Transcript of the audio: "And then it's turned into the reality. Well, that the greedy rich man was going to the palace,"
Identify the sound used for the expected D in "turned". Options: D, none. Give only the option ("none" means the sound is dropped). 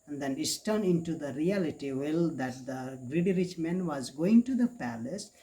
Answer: none